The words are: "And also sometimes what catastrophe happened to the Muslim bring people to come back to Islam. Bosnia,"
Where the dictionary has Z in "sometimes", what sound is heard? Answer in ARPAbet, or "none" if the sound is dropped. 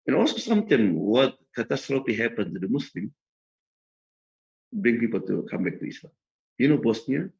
none